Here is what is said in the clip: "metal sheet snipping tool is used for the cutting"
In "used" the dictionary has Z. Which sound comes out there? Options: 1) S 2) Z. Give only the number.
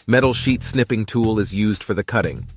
2